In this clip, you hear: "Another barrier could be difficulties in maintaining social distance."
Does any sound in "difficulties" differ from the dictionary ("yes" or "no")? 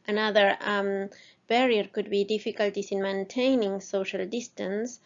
yes